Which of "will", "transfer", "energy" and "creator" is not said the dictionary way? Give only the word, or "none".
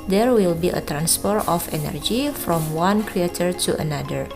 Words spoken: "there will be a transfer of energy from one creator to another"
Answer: transfer